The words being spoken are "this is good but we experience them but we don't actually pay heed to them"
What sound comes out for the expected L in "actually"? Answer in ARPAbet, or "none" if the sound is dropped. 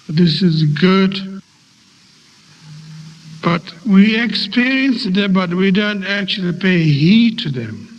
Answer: L